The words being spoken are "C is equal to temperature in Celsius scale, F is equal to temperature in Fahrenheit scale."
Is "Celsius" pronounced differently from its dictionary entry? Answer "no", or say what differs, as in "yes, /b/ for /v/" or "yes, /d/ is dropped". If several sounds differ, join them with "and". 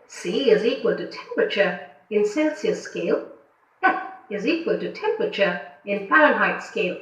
yes, /n/ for /l/